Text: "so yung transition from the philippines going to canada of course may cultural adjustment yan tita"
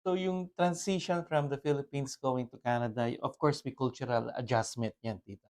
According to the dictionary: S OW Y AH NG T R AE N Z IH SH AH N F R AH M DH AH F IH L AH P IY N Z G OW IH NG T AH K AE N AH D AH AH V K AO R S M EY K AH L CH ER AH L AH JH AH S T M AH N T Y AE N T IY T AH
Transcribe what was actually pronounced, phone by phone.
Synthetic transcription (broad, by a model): OW Y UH NG T R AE N S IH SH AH N F R AH M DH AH F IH L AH P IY N S G OW IH NG T AH K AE N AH D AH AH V K AO R S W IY K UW L CH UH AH L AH JH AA S M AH N T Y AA N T IY T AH